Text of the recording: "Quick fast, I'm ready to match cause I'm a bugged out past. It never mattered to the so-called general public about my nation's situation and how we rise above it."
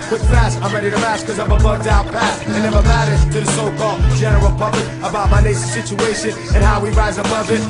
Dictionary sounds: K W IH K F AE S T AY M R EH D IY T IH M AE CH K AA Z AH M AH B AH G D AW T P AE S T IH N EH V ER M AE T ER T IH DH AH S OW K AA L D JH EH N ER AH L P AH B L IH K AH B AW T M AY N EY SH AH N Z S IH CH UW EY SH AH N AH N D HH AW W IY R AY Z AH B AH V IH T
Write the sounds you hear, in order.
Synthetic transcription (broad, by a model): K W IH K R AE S AY M R EH D IY T IH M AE S K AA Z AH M AH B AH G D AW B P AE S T IH N EH V ER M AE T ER T IH DH AH S OW K AA L D JH EH N ER AH L P AH B L IH K AH B AW T M AY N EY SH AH S IH CH UW EY SH AH N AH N HH AW W IY R AY Z AH B AH V IH T